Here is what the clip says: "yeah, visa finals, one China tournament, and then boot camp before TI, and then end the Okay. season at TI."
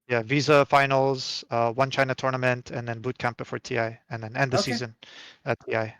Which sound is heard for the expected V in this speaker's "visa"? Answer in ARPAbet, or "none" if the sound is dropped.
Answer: V